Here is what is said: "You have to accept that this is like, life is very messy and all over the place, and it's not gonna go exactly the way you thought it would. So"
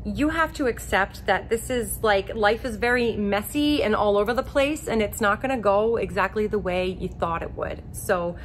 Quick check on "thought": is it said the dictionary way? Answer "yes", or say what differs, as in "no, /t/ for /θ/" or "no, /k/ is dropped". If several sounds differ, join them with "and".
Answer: yes